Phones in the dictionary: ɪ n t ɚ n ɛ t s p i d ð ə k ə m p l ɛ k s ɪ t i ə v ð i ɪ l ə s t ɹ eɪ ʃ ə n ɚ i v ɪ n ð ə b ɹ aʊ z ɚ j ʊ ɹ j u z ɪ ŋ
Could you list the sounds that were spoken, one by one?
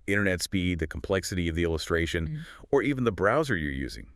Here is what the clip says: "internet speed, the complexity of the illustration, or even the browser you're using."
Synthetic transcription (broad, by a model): ɪ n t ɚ n ɛ t s p i d ð ə k m p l ɛ k s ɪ t i ə v ð i ɪ l ə s t ɹ eɪ ʃ ə n ɚ i v n ð ə b ɹ aʊ z ɚ j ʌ ɹ j u z ɪ ŋ